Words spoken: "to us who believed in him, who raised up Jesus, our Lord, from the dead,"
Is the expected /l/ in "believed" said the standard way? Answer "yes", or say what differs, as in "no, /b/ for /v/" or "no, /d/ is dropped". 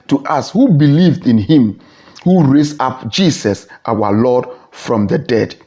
yes